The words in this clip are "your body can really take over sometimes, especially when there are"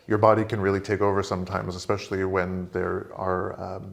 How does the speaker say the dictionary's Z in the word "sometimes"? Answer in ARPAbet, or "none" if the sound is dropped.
Z